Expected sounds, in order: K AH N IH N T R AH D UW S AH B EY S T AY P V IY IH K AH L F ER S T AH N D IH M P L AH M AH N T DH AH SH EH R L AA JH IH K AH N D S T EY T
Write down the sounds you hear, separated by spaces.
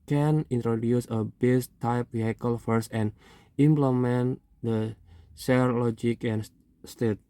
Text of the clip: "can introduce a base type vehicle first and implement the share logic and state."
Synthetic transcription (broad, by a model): K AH N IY N T R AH D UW S AH B EY S T AY P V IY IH K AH L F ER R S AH N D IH M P L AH M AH N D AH S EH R L AA JH IH K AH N S T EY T